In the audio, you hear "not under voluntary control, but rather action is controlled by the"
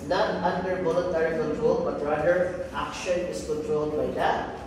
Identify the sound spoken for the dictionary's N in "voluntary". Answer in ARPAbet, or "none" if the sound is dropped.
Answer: none